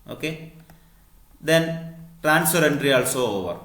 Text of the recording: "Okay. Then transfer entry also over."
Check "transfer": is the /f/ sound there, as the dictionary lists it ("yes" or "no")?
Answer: no